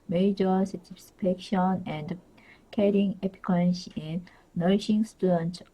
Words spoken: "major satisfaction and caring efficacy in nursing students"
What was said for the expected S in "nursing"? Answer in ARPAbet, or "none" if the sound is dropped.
SH